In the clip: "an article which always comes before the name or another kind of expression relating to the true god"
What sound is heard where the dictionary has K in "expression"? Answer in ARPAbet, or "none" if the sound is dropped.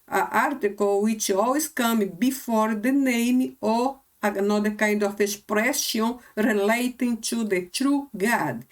none